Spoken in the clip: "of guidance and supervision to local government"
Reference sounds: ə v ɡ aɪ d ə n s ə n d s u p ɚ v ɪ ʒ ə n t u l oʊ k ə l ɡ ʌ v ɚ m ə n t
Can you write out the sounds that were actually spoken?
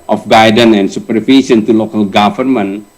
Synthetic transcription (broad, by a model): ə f ɡ aɪ d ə n ə n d s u p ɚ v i s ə n t u l oʊ k ə l ɡ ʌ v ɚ m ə n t